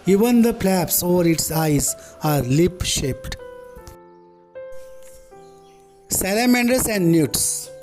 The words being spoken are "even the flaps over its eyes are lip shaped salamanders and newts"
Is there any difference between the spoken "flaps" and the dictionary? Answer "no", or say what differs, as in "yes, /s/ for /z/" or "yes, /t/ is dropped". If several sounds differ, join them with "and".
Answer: yes, /p/ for /f/